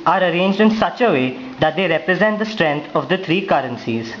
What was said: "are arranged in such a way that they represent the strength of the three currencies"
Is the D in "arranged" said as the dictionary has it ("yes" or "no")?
yes